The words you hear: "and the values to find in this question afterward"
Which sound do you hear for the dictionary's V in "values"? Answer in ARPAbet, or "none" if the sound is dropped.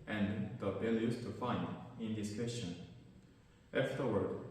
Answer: B